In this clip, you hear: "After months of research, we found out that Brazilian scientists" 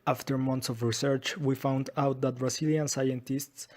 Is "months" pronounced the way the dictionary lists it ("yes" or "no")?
no